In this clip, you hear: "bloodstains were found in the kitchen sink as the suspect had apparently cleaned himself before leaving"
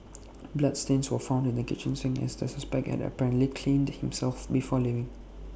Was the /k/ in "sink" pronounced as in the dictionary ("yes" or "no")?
no